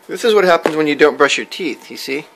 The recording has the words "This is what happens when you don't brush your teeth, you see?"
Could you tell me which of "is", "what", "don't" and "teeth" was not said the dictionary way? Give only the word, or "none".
none